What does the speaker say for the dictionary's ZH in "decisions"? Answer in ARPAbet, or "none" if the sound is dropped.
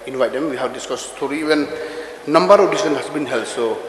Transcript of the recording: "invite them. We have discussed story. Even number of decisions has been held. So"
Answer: S